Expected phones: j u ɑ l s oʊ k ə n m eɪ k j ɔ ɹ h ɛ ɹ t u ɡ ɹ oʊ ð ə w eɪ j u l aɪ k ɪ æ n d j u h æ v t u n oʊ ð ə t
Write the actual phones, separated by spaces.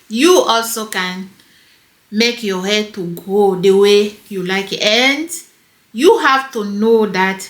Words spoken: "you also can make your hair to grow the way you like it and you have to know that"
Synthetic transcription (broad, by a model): j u ɑ l s oʊ k ə n m eɪ k j ɔ h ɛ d t u ɡ oʊ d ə w eɪ j u l aɪ k ɪ n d j u h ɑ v t u n oʊ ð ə t